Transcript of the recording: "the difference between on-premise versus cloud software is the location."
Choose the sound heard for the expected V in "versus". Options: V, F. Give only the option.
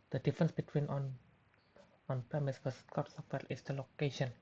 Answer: F